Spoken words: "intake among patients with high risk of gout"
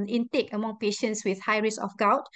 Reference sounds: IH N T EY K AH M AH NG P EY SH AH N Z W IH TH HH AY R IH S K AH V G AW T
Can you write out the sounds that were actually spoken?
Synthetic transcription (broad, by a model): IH N T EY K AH M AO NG P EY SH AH N S W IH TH HH AY R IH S AH F G AW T